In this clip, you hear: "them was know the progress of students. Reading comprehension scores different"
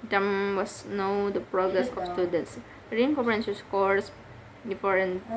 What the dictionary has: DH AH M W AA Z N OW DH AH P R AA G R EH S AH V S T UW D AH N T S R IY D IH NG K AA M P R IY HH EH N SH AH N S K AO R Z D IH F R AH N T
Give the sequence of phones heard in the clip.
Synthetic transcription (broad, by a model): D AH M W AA S N OW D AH P R AA G R EH S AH F S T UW D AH N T S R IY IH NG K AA P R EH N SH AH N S K AO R S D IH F R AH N